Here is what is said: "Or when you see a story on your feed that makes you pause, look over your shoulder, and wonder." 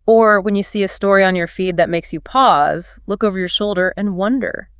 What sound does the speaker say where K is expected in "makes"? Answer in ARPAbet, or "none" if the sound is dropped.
K